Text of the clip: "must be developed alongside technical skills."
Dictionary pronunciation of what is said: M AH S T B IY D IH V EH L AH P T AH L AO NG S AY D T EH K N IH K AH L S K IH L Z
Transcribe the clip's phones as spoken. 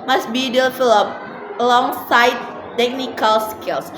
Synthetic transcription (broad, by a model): M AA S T B IY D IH F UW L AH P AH L AO NG S AY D T EH K N IH K AH L S K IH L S